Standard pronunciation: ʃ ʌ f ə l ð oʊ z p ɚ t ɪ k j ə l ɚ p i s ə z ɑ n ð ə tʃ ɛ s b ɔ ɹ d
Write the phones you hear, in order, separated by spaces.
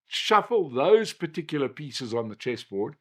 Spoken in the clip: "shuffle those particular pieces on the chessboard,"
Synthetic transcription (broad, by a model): ʃ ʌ f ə l ð oʊ z p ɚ t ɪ k j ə l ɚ p i s ə z n ð ə tʃ ɛ s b ɔ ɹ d